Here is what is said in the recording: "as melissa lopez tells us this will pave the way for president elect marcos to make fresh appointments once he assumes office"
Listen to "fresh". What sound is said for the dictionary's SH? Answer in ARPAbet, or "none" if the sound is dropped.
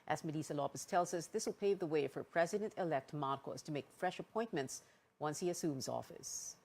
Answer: SH